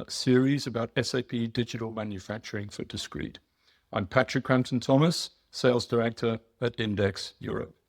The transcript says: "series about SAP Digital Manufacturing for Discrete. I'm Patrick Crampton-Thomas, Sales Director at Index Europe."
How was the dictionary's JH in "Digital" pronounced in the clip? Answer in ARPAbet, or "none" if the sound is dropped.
JH